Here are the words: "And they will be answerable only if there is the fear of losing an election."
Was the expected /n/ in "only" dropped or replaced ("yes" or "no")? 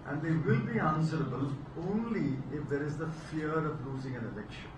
no